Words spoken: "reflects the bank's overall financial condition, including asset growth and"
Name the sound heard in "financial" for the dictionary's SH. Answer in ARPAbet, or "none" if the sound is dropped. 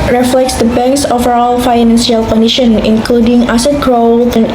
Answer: S